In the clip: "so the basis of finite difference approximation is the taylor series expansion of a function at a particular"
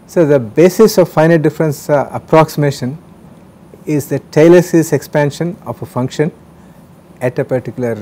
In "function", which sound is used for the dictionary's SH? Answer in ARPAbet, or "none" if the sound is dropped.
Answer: SH